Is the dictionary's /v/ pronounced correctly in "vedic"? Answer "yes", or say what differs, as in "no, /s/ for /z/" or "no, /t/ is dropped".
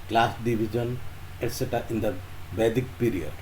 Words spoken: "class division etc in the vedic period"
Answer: no, /b/ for /v/